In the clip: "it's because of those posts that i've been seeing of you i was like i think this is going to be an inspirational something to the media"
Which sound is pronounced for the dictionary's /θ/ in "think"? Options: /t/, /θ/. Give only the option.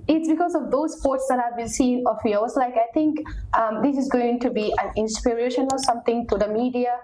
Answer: /t/